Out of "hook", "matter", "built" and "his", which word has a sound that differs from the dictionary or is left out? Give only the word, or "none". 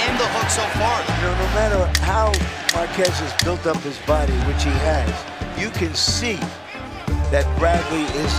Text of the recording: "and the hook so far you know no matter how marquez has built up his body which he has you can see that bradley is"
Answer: none